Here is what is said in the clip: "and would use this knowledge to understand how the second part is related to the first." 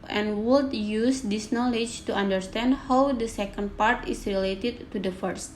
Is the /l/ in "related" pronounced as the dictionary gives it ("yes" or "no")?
yes